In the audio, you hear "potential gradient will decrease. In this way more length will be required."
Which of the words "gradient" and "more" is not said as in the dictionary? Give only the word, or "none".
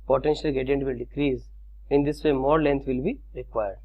gradient